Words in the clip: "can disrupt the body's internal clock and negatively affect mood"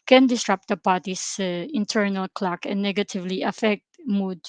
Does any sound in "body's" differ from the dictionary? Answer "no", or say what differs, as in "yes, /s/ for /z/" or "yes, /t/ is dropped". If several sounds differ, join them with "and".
yes, /s/ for /z/